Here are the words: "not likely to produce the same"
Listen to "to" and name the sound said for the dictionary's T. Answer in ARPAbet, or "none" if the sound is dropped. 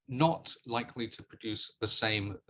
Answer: T